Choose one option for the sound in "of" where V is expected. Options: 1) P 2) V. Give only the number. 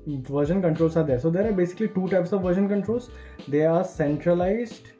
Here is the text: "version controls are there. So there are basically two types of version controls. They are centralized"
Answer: 2